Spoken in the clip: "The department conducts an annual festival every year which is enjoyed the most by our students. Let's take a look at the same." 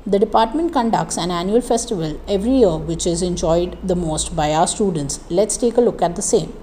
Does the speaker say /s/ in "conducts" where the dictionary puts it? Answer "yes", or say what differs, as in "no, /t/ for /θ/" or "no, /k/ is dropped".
yes